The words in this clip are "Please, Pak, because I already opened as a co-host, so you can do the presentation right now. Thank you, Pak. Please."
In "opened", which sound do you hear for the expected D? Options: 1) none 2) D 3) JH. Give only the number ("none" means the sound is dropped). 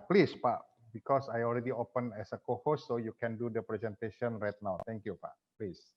1